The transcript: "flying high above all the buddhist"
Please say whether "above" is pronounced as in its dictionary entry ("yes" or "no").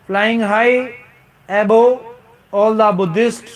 no